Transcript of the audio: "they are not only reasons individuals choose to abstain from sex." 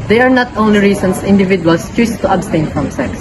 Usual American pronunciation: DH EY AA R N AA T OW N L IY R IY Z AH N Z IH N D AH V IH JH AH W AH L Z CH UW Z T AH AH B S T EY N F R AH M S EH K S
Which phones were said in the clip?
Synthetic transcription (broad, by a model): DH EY AA R N AA T OW N L IY R IY S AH N S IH N D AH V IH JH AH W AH L S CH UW S T AH AH B S T EY N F R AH M S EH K S